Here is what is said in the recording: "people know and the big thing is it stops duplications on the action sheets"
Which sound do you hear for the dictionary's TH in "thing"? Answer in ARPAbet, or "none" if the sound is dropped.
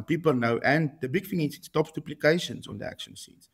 F